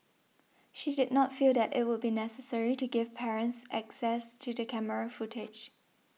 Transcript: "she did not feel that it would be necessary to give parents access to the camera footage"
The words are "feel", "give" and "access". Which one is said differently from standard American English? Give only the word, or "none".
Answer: none